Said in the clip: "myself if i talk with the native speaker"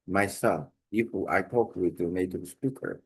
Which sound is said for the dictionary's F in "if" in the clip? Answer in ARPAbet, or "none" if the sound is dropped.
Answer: P